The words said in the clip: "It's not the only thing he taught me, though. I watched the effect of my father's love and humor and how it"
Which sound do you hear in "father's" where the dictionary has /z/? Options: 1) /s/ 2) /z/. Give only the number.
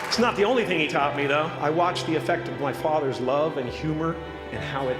2